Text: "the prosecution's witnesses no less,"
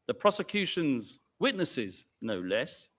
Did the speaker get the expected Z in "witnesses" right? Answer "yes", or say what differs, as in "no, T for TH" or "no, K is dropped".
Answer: yes